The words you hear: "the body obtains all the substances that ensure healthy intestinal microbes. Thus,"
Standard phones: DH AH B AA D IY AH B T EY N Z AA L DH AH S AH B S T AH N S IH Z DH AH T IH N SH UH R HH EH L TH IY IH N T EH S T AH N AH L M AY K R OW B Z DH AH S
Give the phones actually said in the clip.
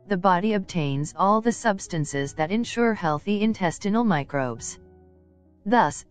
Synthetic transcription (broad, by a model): DH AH B AA D IY AH B T EY N Z AA L DH AH S AH B S T AH N S IH Z DH AH T IH N SH UH R HH EH L TH IY IH N T EH S T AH N L M AY K R OW B Z DH AH S